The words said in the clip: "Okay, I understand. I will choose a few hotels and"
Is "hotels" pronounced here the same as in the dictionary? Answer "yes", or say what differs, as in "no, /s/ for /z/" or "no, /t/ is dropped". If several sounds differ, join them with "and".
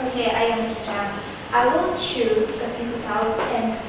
no, /z/ is dropped